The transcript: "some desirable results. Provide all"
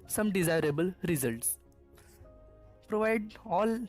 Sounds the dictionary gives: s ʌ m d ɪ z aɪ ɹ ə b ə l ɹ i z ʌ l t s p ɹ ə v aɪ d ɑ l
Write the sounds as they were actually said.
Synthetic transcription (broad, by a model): s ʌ m d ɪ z aɪ ɹ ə b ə l ɹ i z ʌ l t s p ɹ ə v aɪ d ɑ l